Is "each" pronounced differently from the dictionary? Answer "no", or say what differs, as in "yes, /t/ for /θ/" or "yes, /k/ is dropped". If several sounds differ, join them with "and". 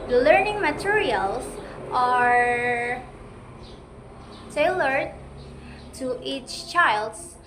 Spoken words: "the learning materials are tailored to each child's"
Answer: no